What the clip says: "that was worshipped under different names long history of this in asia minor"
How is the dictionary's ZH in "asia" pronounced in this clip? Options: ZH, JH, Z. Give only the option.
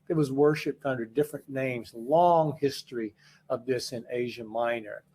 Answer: ZH